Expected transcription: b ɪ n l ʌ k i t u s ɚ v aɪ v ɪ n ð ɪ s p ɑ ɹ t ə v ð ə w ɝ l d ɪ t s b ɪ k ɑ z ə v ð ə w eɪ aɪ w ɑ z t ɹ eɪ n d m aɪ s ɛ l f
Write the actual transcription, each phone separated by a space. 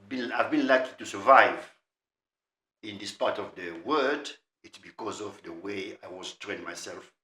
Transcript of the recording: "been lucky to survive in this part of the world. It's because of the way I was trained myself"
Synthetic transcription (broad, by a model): b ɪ n l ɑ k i t u s ɚ v aɪ v ɪ n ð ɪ s p ɑ ɹ t ə v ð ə w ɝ d ɪ t s b ɪ k ɑ z ə v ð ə w eɪ aɪ w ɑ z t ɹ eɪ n m aɪ s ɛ l f